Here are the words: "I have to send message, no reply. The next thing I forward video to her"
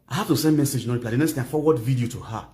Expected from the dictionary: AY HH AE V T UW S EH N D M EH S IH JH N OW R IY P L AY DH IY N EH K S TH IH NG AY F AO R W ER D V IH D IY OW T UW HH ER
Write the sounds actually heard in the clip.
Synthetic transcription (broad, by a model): AY HH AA F T UW S EH N D M EH S IH JH N OW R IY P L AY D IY N EH K S T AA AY F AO W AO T V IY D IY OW T UW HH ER